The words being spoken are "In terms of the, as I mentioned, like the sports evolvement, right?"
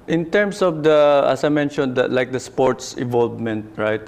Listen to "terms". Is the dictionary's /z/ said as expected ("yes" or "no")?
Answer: no